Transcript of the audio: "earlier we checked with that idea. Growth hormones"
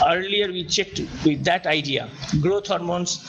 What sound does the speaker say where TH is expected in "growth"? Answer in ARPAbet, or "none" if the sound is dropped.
T